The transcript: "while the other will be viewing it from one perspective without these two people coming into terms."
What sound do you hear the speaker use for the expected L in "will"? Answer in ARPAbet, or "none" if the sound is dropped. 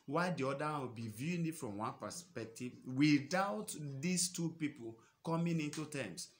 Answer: W